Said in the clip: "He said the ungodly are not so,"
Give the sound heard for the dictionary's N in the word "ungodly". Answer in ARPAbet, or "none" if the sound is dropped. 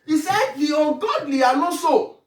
none